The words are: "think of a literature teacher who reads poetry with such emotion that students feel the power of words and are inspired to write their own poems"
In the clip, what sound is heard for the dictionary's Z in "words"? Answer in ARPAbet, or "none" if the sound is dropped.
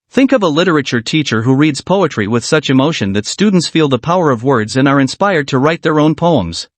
Z